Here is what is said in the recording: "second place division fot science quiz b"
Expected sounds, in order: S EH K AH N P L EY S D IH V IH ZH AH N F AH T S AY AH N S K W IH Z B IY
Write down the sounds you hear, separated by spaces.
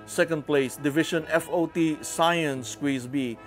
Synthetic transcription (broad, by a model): S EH K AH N P L EY S D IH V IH SH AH N F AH T S AY AH N S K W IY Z B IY